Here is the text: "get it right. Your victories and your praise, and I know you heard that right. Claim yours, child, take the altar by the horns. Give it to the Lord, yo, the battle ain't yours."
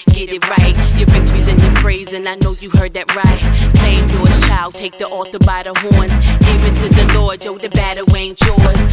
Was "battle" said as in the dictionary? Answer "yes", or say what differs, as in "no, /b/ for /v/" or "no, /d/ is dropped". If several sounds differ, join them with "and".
no, /w/ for /l/